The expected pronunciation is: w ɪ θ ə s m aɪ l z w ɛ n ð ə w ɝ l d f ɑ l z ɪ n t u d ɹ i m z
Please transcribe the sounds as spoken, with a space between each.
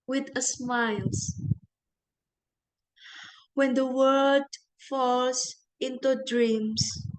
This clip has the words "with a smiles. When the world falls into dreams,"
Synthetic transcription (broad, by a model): w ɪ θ ə s m aɪ l s w ɛ n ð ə w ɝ d f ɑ l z ɪ n t u d ɹ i m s